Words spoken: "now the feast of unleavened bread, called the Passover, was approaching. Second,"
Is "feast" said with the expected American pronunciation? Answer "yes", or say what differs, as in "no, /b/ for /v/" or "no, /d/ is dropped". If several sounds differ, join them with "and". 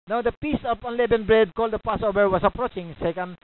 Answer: no, /p/ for /f/ and /t/ is dropped